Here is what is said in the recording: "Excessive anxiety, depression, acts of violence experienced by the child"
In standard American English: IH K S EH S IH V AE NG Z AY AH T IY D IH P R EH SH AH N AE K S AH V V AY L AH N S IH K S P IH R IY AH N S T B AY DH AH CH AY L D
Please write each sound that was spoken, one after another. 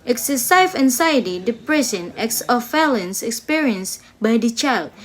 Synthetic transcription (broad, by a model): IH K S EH S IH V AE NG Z AY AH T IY D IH P R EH S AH N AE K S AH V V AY L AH N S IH K S P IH R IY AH N S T B AY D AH CH AY L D